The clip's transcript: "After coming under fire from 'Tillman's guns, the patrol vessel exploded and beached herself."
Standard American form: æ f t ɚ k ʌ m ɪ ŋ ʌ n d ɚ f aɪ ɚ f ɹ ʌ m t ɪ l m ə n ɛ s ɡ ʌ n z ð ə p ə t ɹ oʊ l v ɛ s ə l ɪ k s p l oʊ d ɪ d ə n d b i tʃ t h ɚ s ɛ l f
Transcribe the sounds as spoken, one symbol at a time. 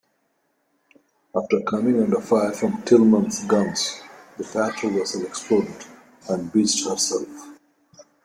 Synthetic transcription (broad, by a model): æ f t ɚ k ʌ m ɪ ŋ ʌ n d ɚ f aɪ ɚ f ɹ ʌ m t ɪ l m ə n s ɡ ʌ n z ð ə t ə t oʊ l w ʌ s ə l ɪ k s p l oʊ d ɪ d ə n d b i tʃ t h ɚ s ɛ l f